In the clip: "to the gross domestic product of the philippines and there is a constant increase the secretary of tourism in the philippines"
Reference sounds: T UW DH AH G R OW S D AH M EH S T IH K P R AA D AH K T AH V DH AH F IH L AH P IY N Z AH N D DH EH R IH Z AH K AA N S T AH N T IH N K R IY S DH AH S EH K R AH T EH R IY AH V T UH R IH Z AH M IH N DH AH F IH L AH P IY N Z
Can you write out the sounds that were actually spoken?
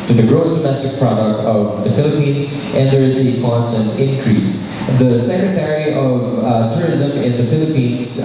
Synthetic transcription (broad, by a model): T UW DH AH G R OW S D AH M EH S T IH K P R AA D AH K T AH V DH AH F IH L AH P IY N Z AH N D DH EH R IH Z AH K AA N S T AH N T IH N K R IY S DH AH S EH K R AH T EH R IY AH V T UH R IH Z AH M IH N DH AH F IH L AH P IY N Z